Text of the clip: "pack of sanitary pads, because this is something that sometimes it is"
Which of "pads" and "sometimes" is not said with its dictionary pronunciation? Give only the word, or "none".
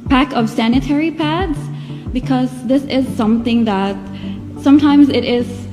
none